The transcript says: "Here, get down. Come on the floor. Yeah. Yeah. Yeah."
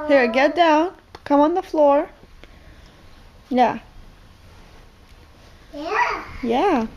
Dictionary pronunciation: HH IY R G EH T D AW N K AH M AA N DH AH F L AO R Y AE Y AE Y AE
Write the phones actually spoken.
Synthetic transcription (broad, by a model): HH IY R G EH T D AW N K AH M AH N DH AH F L AO R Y Y AE Y AE